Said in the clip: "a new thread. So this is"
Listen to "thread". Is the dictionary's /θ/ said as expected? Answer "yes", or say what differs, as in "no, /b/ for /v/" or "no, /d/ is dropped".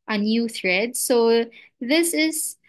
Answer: yes